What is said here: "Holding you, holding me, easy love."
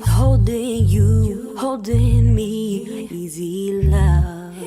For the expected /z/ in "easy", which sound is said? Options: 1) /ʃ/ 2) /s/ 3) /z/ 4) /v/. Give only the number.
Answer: 3